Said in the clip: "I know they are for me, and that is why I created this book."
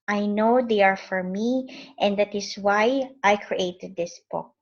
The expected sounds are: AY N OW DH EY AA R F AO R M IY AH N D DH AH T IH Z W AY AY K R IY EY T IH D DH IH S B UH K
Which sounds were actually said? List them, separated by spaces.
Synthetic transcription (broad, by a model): AY N OW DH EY AA R F AO R M IY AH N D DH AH T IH S W AY AY K R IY EY T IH D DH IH S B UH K